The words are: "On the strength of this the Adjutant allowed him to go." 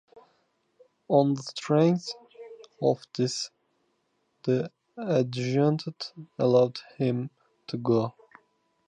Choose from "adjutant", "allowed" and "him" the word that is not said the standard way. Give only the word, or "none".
adjutant